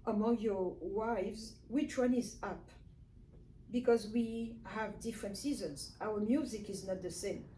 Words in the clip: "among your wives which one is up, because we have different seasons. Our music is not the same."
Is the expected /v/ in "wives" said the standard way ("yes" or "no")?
yes